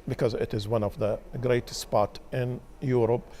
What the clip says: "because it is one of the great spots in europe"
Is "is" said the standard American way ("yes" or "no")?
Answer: yes